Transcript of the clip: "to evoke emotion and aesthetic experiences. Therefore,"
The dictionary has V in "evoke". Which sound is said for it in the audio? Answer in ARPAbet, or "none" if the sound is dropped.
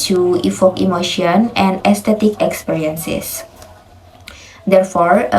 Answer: F